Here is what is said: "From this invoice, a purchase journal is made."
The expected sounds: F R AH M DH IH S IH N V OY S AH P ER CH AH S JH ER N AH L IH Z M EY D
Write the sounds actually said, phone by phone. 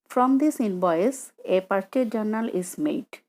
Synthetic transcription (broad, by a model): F R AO M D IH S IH N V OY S AH P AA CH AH JH ER N AH L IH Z M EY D